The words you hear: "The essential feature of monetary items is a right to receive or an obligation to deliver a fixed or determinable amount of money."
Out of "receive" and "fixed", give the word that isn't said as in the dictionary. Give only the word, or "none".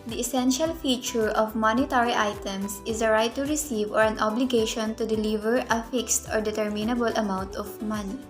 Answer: none